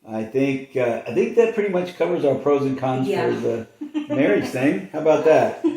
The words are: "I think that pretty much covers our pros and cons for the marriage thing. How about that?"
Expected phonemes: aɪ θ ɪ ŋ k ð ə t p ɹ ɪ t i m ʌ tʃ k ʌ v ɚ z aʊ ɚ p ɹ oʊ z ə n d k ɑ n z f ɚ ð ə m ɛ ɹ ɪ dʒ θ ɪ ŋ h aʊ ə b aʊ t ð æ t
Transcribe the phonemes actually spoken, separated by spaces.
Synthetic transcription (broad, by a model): aɪ θ ɪ ŋ k ð ə t p ɹ ɪ t i m ʌ tʃ k ʌ v ɚ z aʊ ɚ p ɹ oʊ z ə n k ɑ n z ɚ ð ə m ɛ ɹ ɪ dʒ θ ɪ ŋ h aʊ ə b aʊ t ð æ t